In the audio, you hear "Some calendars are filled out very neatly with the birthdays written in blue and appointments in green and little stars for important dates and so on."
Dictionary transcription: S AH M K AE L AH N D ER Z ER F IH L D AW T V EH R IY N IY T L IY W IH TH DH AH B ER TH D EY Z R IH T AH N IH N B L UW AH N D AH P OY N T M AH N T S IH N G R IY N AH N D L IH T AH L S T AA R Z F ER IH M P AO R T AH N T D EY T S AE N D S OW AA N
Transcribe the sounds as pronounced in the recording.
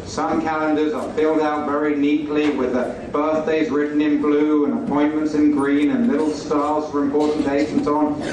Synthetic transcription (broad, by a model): S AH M K AE L AH N D ER Z ER F IH L D AW T V EH R IY N IY T L IY W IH DH AH B ER TH D EY Z R IH T N IH N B L UW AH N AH P OY N M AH N T S IH N G R IY N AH N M IH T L S T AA L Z F ER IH M P AO R T N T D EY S N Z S N